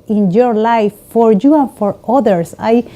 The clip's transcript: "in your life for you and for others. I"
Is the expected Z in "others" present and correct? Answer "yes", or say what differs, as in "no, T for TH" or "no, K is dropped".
no, S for Z